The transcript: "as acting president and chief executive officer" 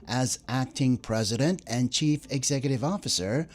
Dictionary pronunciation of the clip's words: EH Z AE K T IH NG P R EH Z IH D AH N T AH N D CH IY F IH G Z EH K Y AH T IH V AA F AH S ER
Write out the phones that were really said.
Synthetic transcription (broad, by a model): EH Z AE K T IH NG P R EH Z IH D AH N T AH N CH IY F IH G Z EH K Y AH T IH V AA F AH S ER